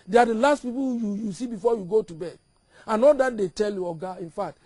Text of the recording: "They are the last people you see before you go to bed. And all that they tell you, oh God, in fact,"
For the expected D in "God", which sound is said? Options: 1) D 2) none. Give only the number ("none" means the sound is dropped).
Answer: 2